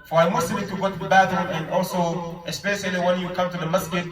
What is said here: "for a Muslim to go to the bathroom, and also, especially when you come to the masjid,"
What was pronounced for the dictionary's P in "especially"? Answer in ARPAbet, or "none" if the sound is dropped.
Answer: P